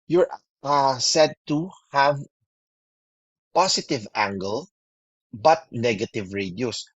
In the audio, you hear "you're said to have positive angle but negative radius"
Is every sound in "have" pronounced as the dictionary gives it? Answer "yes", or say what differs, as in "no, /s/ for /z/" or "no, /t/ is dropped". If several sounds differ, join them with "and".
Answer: yes